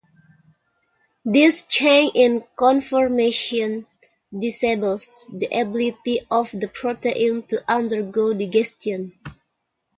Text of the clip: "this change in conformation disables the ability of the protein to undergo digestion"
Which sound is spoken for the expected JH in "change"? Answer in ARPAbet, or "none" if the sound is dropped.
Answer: none